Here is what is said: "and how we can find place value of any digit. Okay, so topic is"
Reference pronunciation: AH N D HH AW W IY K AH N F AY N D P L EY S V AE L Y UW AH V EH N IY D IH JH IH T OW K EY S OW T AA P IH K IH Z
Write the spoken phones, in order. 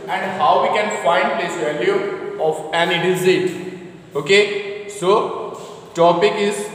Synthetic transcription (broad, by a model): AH N D HH AW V IY K AH N F AY N D P L EY S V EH L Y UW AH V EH N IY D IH Z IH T OW K EY S OW T AA P IH K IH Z